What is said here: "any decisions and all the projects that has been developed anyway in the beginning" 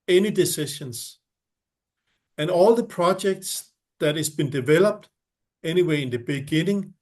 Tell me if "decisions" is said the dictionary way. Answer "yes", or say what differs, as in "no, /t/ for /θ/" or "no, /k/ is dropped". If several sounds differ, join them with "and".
no, /ʃ/ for /ʒ/